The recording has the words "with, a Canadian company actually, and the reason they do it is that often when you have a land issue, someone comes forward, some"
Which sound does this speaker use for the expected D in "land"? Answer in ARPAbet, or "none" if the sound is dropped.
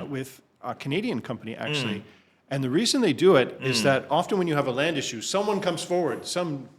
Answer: D